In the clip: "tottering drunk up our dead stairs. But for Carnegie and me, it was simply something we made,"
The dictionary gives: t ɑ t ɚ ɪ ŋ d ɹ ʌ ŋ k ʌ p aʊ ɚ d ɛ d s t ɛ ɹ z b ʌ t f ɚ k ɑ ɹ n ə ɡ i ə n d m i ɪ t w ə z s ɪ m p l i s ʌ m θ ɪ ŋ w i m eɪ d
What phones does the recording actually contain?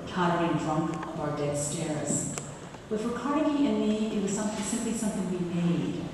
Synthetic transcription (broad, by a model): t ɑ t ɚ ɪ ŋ d ɹ ʌ ŋ k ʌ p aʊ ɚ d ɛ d s t ɛ ɹ z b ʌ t f ɚ k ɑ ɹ ə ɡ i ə n m i ɪ t w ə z s ɪ m p l i s ʌ m θ ɪ ŋ w i m eɪ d